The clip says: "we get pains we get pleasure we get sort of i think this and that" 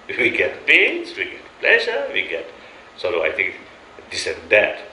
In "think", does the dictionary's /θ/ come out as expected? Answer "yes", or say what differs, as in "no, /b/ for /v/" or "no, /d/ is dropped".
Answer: no, /t/ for /θ/